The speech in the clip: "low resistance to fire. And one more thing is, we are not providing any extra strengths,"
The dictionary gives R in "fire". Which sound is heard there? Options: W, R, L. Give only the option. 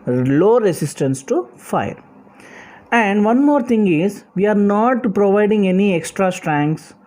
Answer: R